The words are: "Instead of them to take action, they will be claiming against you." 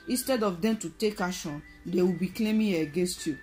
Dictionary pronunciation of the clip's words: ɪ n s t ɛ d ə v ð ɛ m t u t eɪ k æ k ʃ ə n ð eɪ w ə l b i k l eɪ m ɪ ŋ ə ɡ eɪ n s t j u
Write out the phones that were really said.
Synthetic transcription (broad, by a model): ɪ n s t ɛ d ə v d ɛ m t u t eɪ k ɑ ʃ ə n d eɪ w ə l b i k l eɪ m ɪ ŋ ə ɡ eɪ n s t j u